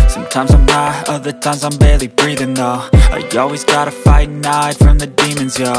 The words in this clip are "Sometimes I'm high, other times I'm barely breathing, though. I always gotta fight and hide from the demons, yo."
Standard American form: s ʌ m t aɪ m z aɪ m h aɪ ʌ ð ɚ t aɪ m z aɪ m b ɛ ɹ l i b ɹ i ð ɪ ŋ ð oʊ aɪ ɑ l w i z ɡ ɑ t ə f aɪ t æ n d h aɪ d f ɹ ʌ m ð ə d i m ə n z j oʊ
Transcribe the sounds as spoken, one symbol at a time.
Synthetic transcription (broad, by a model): s ʌ m t aɪ m z aɪ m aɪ ʌ ð ɚ t aɪ m z aɪ m b ɛ ɹ l i b ɹ i ð ɪ ŋ ð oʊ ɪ ɑ l w i z ɡ ɑ t ə f aɪ t n aɪ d f ɹ ʌ m ð ə d i m ə n z j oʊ